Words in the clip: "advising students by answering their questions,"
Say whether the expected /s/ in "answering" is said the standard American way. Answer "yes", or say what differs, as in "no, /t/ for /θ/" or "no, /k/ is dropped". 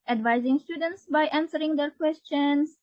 yes